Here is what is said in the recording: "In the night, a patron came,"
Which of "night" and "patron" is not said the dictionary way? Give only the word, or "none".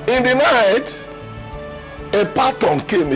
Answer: patron